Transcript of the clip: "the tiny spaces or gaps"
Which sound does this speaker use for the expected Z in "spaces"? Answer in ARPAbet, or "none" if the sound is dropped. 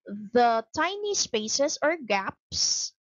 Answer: S